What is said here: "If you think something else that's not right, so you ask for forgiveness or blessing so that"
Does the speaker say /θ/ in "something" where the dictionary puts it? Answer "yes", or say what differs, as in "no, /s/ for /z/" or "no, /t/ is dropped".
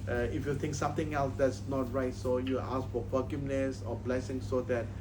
no, /t/ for /θ/